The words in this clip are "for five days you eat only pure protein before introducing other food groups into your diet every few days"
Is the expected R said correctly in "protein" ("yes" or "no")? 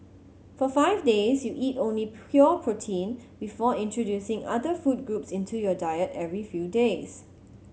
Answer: yes